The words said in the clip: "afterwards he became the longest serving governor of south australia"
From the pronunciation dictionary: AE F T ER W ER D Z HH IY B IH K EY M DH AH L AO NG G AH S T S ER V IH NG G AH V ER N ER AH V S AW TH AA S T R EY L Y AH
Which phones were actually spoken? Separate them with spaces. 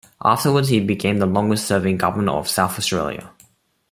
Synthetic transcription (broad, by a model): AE F T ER W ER D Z HH IY B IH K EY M DH AH L AO NG G AH S T S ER V IH NG G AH V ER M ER AH V S AW TH AA S T R EY L Y AH